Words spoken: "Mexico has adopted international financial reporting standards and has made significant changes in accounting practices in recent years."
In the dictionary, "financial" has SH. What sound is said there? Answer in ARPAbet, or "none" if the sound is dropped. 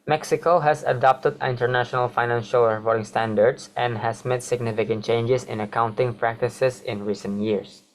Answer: SH